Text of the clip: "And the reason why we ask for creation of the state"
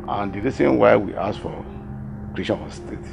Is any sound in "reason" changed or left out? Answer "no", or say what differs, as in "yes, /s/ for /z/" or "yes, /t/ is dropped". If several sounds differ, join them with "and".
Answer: yes, /s/ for /z/